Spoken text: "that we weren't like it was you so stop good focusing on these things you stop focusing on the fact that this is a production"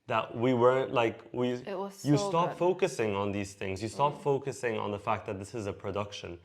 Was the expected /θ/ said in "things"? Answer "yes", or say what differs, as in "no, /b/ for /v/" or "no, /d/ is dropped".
yes